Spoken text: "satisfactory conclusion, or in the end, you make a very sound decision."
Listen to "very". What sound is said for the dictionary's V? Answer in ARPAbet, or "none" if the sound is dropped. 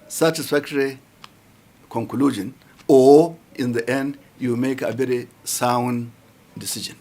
B